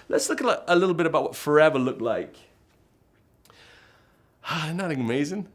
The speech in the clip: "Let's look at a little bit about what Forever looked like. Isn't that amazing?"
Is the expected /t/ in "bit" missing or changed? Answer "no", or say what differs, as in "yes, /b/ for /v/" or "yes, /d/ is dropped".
no